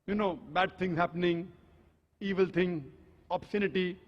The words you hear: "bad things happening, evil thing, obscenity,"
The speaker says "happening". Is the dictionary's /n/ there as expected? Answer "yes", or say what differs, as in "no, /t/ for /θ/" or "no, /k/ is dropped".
yes